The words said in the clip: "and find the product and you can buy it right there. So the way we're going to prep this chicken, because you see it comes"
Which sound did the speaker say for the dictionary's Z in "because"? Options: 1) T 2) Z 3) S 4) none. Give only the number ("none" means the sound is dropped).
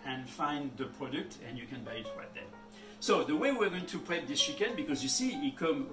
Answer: 2